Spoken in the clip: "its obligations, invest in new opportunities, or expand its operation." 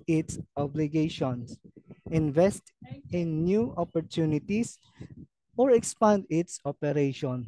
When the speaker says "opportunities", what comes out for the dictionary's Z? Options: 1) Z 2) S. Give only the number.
2